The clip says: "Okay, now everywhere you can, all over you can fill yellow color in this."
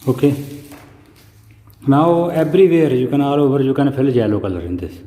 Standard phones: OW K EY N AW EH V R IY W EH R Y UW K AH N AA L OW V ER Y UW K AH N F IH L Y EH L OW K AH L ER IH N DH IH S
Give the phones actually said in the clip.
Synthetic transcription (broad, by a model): OW K EY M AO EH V R IY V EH R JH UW K AH N AA L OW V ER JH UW K AH N P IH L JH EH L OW K AH L ER IH N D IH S